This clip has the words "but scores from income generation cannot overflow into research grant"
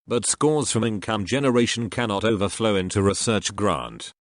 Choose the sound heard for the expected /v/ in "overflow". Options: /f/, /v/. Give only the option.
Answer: /v/